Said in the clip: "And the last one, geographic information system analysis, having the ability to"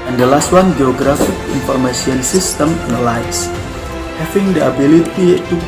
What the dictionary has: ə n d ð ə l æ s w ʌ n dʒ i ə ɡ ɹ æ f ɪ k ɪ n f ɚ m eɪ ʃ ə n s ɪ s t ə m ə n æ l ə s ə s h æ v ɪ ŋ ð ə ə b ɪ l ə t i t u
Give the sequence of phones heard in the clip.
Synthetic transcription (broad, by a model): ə n d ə l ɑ s w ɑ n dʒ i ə ɡ ɹ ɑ f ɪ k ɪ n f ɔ m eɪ s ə n s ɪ s t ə m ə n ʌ l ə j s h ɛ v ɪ ŋ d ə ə b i l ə t i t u